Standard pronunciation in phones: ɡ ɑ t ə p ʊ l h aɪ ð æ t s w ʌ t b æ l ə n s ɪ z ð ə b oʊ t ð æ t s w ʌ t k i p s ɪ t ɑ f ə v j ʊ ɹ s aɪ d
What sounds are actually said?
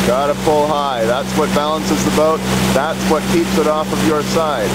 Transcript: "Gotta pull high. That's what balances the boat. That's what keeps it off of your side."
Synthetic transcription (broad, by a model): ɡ ɑ t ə f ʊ l h aɪ ð æ t s w ʌ t b æ l ə n s ɪ z ð ə b oʊ t ð æ t s w ʌ t k i p s ɪ t ɑ f ə v j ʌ ɹ s aɪ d